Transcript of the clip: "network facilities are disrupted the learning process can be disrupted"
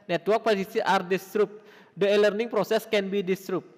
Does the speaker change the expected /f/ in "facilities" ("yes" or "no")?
yes